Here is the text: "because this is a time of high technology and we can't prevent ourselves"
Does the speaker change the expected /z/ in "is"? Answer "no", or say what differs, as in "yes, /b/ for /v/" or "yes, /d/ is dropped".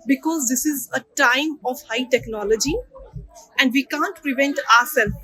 no